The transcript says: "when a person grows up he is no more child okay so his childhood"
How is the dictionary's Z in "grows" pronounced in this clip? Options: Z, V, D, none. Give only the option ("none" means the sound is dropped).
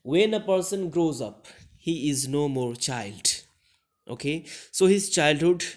Z